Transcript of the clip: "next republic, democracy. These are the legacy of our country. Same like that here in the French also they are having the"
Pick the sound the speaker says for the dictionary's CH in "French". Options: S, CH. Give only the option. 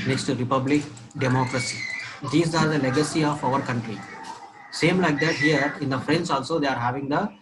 S